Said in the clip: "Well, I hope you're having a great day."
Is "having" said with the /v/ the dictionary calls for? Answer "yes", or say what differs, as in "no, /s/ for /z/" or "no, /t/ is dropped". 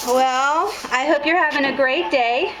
yes